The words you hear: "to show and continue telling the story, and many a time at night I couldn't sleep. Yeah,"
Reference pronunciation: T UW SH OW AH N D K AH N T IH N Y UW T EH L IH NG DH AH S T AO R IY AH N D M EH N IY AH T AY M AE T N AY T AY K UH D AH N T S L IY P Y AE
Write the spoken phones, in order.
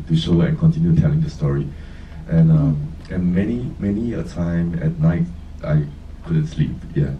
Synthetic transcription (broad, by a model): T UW SH OW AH N K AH N T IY N Y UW T EH L IH NG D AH S T AO R IY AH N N M EH N IY AH T AY M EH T N AY T AY K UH D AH N T S L IY P Y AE